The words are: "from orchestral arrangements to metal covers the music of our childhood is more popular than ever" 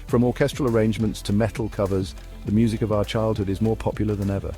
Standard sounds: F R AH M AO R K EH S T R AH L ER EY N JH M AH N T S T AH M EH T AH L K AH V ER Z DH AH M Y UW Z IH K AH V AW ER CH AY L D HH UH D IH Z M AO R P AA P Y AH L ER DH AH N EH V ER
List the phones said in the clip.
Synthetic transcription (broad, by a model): F R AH M AO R K EH S T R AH L ER EY N JH M AH N T S T AH M EH T L K AH V ER Z DH AH M Y UW Z IH K AH V AW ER CH AY L D HH UH D IH Z M AO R P AA P Y L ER DH AH N EH V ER